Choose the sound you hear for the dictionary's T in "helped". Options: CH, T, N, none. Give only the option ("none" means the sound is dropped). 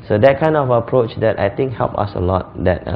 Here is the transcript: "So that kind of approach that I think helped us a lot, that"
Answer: none